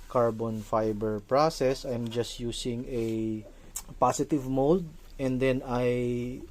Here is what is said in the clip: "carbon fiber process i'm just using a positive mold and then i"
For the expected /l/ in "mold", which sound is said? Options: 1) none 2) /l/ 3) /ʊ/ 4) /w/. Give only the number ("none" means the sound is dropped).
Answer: 2